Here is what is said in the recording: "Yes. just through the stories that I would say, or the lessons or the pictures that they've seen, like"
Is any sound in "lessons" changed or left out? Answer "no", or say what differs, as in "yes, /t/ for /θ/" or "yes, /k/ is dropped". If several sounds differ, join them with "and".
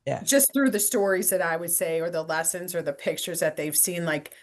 no